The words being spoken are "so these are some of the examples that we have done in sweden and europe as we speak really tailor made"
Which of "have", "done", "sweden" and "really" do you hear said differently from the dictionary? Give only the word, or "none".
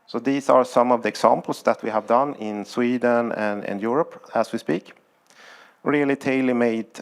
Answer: none